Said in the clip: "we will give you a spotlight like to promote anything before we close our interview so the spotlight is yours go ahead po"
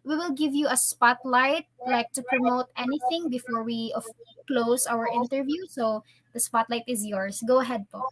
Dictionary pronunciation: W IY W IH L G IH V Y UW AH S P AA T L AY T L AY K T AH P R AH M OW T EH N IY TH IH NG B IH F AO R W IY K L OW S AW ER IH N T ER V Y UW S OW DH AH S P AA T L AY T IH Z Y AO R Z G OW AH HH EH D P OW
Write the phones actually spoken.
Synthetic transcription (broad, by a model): W IY W IH L G IH V Y UW AH S P AA T L AY T L AY K T AH P R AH M OW T EH N IY TH IH NG B IH F AO R W IY K L OW S AW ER IH N T ER V Y UW S OW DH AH S P AA T L AY T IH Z Y AO R S G OW AH HH EH D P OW